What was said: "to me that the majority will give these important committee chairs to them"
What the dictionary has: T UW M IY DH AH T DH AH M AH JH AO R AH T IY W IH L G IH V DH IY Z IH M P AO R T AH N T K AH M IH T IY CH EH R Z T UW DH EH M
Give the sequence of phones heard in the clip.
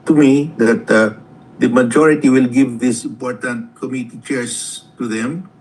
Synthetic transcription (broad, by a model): T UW M IY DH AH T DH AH M AH JH AO R AH T IY W IH L G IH V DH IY S IH M P AO R T AH N T K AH M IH T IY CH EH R S T UW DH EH M